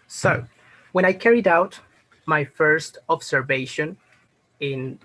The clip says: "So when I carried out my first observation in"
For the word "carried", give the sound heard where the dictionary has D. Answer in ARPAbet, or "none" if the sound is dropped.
D